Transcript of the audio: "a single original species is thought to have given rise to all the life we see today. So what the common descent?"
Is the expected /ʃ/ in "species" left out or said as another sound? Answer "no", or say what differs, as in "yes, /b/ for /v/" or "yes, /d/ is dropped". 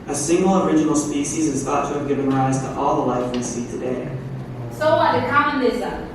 no